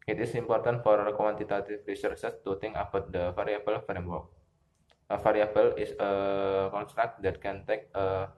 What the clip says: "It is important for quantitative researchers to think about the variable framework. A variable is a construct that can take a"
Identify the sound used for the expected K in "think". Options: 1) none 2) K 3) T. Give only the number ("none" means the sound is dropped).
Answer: 1